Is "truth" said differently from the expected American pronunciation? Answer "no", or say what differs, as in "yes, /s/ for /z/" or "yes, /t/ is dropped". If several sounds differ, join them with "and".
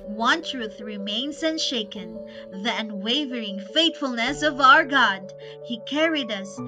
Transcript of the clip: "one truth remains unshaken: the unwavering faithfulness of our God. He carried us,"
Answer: no